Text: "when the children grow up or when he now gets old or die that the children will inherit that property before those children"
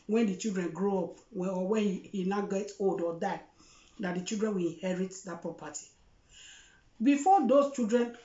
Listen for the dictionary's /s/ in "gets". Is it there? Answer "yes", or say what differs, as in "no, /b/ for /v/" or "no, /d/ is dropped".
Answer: no, /s/ is dropped